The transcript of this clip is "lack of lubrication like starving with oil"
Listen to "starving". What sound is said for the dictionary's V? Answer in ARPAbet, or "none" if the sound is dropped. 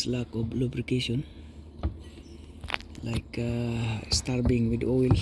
B